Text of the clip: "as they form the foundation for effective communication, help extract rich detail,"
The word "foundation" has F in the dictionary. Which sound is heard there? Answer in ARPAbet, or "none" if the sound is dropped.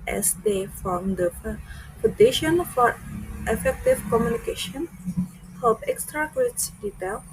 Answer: P